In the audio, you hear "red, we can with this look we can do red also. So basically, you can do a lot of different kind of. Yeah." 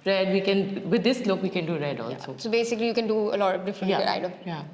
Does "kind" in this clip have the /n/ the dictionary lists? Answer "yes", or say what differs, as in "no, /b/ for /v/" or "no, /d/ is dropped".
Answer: no, /n/ is dropped